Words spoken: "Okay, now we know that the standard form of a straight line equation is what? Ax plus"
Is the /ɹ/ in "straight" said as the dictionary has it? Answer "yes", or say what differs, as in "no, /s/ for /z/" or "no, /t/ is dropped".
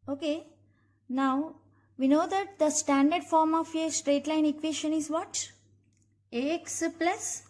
yes